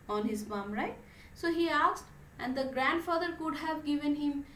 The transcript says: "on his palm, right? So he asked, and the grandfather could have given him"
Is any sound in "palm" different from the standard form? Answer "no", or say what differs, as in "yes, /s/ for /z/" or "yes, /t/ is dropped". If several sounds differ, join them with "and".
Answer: yes, /b/ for /p/